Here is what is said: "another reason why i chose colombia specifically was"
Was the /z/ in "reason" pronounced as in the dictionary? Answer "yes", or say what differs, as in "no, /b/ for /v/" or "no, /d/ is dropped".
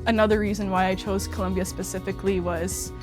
yes